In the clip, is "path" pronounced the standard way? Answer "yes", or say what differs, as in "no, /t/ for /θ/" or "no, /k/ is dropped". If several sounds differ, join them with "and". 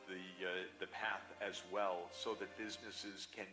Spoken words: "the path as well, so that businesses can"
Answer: yes